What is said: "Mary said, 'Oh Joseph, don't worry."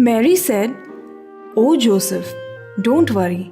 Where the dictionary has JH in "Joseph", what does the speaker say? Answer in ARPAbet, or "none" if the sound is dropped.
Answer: JH